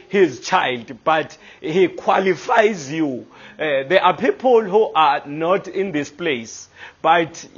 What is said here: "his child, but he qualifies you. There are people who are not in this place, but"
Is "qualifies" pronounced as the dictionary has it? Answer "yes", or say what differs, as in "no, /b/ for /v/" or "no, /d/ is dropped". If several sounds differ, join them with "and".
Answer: yes